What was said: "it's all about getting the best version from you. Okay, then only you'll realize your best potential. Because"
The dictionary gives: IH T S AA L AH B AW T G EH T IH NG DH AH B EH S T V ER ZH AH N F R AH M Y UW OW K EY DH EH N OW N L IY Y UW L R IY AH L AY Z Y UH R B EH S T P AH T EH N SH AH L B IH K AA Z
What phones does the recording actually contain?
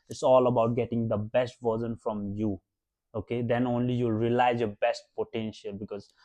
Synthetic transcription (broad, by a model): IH T S AA L AH B AW T G EH T IH NG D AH B EH S T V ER Z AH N F R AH M Y UW OW K EY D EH N OW N L IY Y UW L R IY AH L AY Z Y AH B EH S T P AH T EH N SH AH L B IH K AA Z